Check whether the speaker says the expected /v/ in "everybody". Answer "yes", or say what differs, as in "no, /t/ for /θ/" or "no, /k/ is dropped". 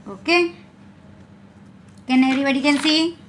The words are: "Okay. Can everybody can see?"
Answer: no, /v/ is dropped